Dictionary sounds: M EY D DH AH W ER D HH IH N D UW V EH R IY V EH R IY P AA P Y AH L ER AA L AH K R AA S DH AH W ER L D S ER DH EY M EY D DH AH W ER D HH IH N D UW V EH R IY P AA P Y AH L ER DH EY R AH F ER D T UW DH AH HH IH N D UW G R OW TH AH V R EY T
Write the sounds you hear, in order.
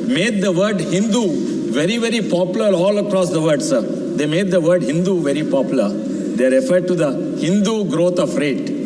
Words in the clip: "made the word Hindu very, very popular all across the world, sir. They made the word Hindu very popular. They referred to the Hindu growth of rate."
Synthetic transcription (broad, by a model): M EY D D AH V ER D HH IH N D UW V EH R IY V EH R IY P AA P Y AH L ER AA L AH K R AA S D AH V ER D S ER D EY M EY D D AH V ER D HH IH N D UW V EH R IY P AA P Y AH L ER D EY R AH F ER D T UW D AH HH IH N D UW G R OW T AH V R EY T